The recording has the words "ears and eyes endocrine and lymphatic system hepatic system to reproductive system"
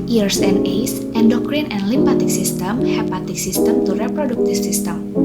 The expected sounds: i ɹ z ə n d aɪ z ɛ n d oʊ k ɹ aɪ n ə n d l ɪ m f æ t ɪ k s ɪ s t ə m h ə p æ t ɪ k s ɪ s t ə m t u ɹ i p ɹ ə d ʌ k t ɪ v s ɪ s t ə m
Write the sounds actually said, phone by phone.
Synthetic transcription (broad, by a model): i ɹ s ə n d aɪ s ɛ n d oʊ k ɹ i n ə n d l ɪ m p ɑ t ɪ k s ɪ s t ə m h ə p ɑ t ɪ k s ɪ s t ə m t u ɹ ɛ p ɹ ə d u k t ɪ f s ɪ s t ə m